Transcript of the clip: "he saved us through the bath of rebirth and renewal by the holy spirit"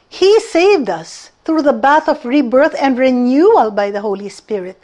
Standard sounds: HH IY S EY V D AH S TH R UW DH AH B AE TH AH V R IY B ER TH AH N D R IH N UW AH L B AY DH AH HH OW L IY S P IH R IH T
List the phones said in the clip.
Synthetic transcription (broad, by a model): HH IY S EY V D AH S TH R UW DH AH B AE TH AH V R IY B ER TH AH N D R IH N UW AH L B AY DH AH HH OW L IY S P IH R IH T